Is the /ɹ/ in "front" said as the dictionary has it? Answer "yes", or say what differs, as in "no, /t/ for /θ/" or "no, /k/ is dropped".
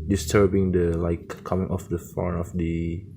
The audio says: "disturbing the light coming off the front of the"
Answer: no, /ɹ/ is dropped